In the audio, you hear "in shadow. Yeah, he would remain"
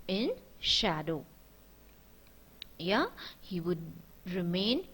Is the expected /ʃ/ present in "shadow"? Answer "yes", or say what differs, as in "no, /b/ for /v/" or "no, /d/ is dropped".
yes